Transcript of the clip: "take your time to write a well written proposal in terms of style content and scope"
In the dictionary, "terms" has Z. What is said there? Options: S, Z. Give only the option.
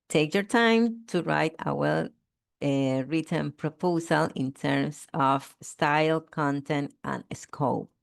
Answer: S